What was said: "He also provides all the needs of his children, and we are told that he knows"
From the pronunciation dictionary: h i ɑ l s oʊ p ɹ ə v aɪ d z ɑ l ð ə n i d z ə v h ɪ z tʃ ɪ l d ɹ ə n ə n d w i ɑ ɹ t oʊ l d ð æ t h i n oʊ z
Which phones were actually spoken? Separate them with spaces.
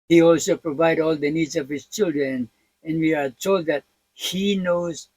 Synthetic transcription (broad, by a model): h i ɑ l s oʊ p ɹ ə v aɪ d ɑ l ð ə n i d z ə v h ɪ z tʃ ɪ l d ɹ ə n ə n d w i ɑ ɹ t oʊ l d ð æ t h i n oʊ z